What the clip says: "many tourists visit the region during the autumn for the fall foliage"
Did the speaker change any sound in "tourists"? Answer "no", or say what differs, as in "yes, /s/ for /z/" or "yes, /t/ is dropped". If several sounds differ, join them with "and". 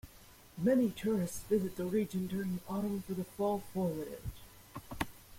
no